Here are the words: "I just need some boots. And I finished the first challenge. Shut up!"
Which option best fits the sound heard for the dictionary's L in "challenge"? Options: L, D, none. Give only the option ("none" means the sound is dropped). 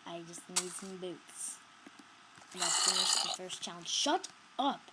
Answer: none